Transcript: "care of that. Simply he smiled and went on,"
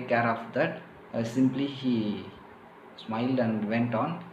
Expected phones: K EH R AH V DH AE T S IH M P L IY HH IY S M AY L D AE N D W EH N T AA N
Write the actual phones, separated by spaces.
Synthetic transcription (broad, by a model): K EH R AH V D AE T S IH M P L IY HH IY S M AY L D AE N D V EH N T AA N